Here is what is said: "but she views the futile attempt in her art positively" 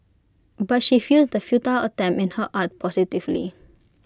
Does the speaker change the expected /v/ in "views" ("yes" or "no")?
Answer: yes